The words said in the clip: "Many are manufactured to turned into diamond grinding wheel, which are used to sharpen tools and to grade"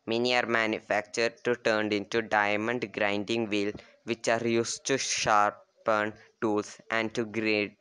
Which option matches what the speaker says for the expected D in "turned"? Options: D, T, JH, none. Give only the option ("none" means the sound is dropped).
D